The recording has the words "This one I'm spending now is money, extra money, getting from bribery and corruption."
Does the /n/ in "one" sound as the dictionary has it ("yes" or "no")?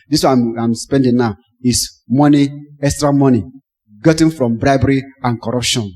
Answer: no